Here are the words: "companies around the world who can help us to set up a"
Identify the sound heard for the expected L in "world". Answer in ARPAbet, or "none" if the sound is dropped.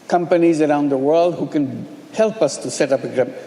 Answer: L